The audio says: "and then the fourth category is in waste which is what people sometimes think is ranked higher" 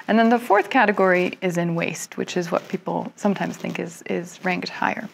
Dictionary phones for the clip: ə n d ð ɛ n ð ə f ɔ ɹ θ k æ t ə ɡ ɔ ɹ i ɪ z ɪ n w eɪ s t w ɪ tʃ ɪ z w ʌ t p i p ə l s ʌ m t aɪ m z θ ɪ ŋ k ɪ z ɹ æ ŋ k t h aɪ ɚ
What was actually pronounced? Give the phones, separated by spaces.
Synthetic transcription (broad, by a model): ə n ð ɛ n ð ə f ɔ ɹ θ k æ t ə ɡ ɔ ɹ i ɪ z ɪ n w eɪ s t w ɪ tʃ ɪ z w ʌ t p i p l s ʌ m t aɪ m z θ ɪ ŋ k ɪ z ɹ æ ŋ k t h aɪ ɚ